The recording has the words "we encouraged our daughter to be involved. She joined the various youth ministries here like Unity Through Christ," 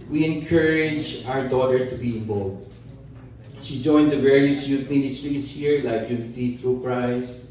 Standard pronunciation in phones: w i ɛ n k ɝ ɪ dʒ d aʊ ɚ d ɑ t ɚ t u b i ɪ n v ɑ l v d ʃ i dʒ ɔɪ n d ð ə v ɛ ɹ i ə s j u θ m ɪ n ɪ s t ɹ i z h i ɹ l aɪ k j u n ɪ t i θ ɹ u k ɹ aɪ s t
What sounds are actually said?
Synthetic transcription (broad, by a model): w i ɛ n k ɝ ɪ dʒ aʊ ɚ d ɑ t ɚ t u b i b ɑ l d ʃ i dʒ ɔɪ n d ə v ɛ ɹ i ə s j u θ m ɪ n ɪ s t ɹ i s h i ɹ l aɪ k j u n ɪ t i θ ɹ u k ɹ aɪ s